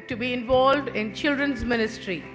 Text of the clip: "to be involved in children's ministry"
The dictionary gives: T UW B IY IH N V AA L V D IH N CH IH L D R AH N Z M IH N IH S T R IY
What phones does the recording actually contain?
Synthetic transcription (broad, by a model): T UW B IY IH N V AA L V D IH N CH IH L D R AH N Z M IH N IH S T R IY